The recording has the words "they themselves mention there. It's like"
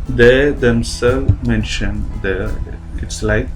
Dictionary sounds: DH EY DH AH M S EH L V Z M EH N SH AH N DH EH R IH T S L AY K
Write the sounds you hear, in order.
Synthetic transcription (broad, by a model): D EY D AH M S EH L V M EH N SH AH N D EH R IH T S L AY K